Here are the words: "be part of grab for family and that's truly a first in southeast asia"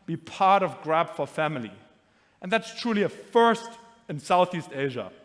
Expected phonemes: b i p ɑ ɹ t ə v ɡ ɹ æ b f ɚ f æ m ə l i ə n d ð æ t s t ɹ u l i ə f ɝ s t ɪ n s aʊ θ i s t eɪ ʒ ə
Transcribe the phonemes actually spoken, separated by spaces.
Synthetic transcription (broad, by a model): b i p ɑ ɹ t ə v ɡ ɹ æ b f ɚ f æ m ə l i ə n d ð æ t s t ɹ u l i ə f ɝ s t ɪ n s aʊ θ i s t eɪ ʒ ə